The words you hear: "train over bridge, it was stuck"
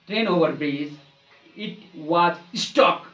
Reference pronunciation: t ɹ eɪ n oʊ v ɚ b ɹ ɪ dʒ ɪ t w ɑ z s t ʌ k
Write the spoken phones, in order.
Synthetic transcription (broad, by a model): t ɹ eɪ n oʊ v ɚ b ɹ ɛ z ɪ t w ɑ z s t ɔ k